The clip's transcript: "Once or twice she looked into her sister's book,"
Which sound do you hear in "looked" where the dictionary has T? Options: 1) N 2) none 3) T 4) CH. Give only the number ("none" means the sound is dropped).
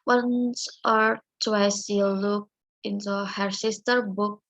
2